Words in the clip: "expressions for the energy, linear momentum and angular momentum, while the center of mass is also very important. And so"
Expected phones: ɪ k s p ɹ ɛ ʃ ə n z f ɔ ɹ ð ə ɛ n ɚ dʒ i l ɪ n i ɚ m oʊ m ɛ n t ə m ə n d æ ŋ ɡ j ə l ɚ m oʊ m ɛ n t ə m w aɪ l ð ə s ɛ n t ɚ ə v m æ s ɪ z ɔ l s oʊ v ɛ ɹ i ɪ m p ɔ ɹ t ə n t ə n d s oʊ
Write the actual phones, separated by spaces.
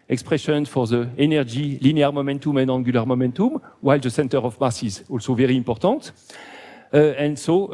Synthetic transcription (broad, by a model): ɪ k s p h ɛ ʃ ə n f ɔ ɹ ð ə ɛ n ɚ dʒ i l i n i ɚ m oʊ m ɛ n t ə m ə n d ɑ ɡ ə l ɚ m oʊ m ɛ n t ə m w aɪ l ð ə s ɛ n t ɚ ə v m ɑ s ɪ z ɔ l s oʊ v ɛ ɹ i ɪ p ɔ ɹ t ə t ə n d s oʊ